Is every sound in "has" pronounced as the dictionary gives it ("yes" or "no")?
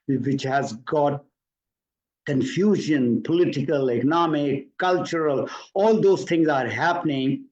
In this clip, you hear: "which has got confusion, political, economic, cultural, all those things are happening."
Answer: yes